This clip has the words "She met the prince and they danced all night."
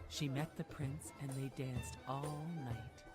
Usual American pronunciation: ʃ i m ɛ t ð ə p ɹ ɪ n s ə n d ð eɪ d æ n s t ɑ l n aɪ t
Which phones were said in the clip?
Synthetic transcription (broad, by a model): ʃ i m ɛ t ð ə p ɹ ɪ n s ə n ð eɪ d æ n s t ɑ l n aɪ t